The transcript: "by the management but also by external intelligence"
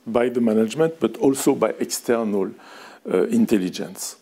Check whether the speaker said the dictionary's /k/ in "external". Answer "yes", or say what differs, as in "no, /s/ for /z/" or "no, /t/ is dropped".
yes